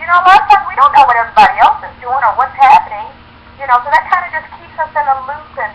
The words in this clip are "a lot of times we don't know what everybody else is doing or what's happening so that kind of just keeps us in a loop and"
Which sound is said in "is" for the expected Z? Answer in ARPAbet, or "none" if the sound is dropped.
Z